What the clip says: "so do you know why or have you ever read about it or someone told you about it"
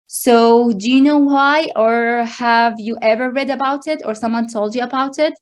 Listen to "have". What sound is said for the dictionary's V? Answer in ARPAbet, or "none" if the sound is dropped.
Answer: V